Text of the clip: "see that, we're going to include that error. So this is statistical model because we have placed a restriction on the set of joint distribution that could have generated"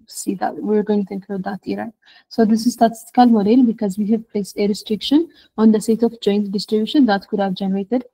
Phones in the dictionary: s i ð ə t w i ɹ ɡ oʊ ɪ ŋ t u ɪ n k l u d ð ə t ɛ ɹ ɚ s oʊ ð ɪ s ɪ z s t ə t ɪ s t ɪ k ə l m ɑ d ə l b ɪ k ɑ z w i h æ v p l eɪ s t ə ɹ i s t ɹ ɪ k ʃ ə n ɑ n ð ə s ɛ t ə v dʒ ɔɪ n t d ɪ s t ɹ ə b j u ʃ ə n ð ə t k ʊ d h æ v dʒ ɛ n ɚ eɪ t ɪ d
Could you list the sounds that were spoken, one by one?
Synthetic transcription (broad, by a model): s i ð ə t w i ɹ ɡ oʊ ɪ ŋ t u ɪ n k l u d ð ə t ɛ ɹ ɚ s oʊ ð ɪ s ɪ z s t ə t ɪ s t ɪ k ə l m ɑ d ə l b ɪ k ɑ z w i h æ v p l eɪ s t ə ɹ i s t ɹ ɪ k ʃ ə n ɑ n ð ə s ɛ t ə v dʒ ɔɪ n t d ɪ s t ɹ ə b j u ʃ ə n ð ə t k ʊ d h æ v dʒ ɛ n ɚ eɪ t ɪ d